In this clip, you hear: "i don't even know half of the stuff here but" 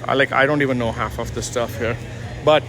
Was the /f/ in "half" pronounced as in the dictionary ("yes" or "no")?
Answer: yes